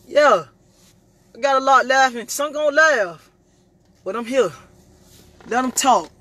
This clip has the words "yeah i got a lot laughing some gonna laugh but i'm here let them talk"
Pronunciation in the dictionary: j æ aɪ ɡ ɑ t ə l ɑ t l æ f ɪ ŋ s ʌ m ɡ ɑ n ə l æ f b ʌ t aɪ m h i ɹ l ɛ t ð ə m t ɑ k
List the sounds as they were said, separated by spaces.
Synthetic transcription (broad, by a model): j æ aɪ ɡ ɑ t ə l ɑ t l æ f ɪ ŋ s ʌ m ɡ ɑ ə l æ f b ʌ t aɪ m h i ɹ l ɛ t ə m t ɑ k